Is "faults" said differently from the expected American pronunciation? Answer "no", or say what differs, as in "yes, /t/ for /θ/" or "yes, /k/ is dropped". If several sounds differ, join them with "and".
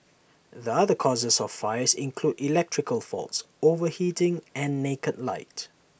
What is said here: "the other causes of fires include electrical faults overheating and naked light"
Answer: no